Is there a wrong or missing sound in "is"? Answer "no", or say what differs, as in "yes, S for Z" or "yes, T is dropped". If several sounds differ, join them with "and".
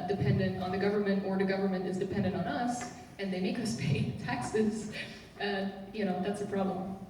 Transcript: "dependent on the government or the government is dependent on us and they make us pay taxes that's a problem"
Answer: no